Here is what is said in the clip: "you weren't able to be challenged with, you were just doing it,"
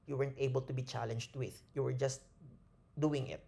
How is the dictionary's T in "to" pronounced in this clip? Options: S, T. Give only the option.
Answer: T